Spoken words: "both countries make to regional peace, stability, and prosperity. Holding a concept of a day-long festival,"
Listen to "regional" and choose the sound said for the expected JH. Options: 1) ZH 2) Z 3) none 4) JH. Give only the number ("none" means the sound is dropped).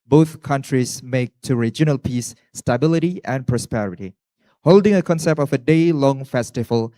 4